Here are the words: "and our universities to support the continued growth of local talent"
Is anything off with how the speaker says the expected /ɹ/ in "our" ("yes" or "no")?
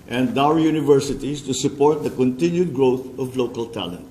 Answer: yes